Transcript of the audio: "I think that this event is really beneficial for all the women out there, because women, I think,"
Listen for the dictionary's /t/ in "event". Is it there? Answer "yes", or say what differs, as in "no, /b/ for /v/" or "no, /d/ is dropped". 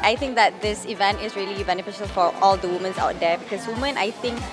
yes